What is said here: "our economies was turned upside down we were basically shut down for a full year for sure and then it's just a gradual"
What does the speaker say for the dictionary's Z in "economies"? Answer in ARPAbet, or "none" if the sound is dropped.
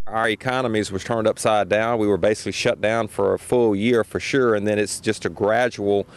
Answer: Z